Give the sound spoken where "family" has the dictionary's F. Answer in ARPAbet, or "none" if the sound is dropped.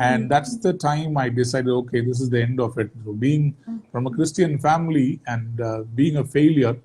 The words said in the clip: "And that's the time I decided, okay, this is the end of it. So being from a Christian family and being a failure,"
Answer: F